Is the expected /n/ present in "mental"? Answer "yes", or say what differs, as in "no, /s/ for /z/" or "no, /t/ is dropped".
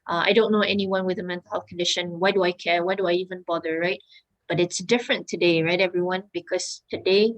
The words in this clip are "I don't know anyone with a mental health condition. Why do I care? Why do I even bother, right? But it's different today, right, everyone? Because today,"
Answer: yes